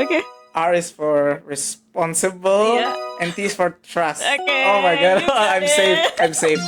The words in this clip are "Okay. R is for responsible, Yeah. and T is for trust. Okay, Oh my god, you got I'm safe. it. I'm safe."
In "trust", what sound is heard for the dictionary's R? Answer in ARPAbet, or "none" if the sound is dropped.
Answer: R